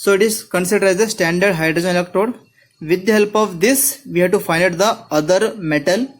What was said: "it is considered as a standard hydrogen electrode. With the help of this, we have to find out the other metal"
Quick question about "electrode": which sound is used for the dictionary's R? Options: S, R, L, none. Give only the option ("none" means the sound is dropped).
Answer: none